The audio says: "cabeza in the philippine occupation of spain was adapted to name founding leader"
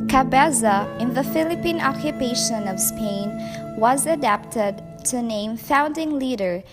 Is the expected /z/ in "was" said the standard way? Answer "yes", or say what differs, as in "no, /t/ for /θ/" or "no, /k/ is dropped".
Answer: yes